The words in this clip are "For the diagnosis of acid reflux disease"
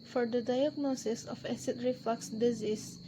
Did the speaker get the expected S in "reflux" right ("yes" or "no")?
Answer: yes